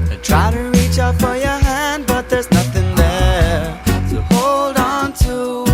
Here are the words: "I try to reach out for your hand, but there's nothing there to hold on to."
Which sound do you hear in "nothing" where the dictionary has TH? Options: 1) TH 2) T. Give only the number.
1